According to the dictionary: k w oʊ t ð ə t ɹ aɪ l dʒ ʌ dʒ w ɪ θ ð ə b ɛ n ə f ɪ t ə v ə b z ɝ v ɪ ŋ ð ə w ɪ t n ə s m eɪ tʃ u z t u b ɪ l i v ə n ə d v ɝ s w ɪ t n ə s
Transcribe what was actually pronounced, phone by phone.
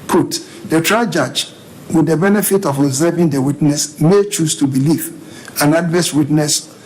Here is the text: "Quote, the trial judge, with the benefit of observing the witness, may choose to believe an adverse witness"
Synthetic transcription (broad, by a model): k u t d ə t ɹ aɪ dʒ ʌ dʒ w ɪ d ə b ɛ n ə f ɪ t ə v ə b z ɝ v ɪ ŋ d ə w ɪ t n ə s m eɪ tʃ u s t u b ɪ l i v ə n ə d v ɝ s w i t n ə s